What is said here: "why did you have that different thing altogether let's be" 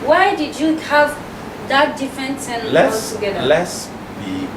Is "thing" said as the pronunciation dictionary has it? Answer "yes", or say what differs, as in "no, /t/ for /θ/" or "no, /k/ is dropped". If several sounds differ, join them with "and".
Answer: no, /s/ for /θ/